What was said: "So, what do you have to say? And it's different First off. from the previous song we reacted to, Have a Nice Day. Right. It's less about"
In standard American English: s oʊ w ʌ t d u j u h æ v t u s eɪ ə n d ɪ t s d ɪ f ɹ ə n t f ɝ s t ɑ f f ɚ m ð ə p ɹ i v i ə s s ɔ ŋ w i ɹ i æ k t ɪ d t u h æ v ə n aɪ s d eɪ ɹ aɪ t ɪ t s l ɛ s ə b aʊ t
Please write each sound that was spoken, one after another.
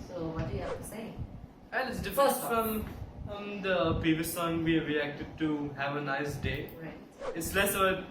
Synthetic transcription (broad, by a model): s oʊ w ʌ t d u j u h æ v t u s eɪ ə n ɪ t s d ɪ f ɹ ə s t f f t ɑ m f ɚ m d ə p i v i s s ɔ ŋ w i ɹ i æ k t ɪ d t u h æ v ə n aɪ s d eɪ ɹ aɪ t ɪ t s l ɛ s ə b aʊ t